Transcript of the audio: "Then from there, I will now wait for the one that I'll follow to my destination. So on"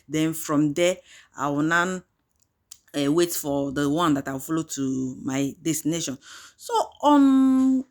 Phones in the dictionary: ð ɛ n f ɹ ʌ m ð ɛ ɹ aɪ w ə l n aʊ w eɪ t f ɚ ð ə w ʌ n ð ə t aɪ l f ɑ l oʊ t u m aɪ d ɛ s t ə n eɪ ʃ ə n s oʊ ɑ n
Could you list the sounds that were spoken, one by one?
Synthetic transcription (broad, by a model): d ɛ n f ɹ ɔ m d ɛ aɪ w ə n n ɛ w eɪ t f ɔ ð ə w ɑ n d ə t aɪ w f ɑ l oʊ t u m aɪ d ɛ s t ə n eɪ ʃ ə n s oʊ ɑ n